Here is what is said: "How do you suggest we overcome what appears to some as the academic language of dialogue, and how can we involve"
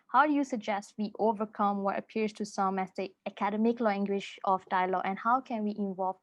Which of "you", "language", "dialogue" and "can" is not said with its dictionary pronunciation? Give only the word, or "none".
language